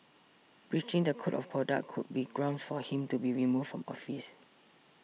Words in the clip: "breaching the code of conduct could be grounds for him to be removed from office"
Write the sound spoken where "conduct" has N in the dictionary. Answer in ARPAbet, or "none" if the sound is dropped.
none